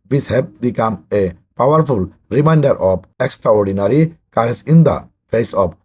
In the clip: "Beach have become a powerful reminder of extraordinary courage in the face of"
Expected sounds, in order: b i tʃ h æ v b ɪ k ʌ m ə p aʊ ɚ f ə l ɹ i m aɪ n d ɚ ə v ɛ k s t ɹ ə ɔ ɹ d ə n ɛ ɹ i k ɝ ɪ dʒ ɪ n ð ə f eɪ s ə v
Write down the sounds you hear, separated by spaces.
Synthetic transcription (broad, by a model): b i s h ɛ b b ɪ k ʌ m ə p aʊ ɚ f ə l ɹ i m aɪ n d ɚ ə b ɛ k s t ɹ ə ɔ ɹ d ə n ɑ ɹ i k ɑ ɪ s ɪ n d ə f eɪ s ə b